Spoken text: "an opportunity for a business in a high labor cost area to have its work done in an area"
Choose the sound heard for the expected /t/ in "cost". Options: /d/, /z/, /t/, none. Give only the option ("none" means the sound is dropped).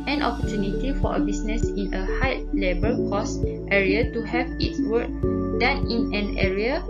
/t/